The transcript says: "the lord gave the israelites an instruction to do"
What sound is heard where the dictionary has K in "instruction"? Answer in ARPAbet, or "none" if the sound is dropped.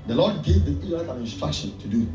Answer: K